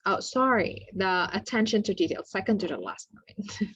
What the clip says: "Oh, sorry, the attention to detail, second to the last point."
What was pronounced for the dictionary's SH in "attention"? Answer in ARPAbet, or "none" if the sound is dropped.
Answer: SH